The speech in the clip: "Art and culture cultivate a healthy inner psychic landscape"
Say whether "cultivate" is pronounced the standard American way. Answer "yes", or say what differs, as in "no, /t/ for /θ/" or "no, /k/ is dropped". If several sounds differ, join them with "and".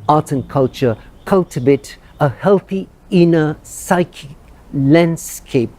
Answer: no, /b/ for /v/